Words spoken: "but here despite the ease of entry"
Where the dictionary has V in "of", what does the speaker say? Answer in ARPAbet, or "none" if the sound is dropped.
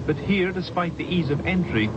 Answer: V